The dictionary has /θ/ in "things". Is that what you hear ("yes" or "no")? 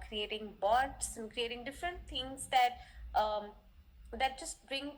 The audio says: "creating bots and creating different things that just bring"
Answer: no